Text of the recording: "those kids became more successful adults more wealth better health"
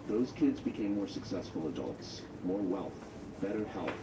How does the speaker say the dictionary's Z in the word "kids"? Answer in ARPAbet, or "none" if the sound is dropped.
Z